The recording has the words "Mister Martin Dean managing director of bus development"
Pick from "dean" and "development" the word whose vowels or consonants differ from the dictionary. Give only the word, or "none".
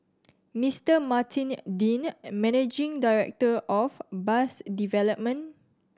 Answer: development